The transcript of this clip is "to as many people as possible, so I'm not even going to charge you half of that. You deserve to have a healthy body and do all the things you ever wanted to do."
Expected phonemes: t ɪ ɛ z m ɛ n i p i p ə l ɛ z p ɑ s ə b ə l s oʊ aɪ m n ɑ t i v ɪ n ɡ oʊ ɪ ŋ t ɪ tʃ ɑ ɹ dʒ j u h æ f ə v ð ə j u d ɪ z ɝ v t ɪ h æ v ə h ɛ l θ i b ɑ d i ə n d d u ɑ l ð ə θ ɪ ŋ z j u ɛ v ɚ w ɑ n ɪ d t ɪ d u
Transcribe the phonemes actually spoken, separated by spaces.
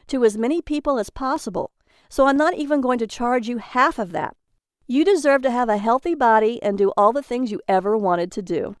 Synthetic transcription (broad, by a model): t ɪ z m ɛ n i p i p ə l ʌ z p ɑ s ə b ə l s oʊ aɪ m n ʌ t i v ɪ n ɡ oʊ ɪ ŋ t ɪ tʃ ɑ ɹ dʒ j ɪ h æ f ə v ð ə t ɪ d ɪ z ɝ v t ɪ v ə h ɛ l θ i b ɑ d i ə n d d ɑ l ð ə θ ɪ ŋ z j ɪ ɛ v ɚ w ɑ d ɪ d t ɪ d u